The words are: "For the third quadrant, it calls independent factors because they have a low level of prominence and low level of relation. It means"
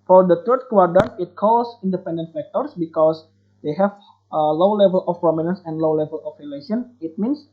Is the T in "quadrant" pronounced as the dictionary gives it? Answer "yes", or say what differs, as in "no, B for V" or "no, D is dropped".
no, T is dropped